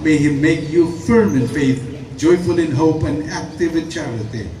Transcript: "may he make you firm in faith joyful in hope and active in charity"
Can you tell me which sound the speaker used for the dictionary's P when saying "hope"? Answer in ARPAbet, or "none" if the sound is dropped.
P